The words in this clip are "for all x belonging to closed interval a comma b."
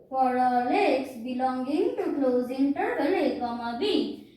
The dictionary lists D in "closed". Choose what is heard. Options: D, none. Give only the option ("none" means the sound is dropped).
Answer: none